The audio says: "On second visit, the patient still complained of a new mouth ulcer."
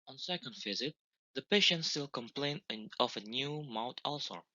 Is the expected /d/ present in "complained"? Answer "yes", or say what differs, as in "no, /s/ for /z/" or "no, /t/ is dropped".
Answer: no, /d/ is dropped